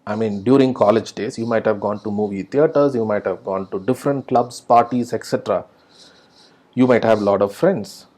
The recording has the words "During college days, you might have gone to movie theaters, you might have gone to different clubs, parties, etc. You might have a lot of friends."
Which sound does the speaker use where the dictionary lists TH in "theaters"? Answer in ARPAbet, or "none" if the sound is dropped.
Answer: T